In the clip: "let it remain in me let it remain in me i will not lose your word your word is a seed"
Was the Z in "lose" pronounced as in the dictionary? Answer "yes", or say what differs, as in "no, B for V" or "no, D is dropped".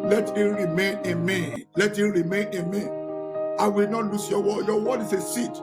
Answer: no, S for Z